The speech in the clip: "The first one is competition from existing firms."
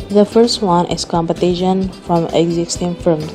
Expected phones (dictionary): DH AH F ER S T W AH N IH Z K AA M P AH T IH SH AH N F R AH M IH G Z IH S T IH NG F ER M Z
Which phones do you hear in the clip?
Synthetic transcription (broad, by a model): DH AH F ER S T W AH N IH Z K AA M P AH T IH SH AH N F R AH M IH G Z IH S T IH NG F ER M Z